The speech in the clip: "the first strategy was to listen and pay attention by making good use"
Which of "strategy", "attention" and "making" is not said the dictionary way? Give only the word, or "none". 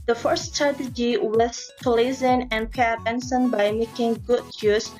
attention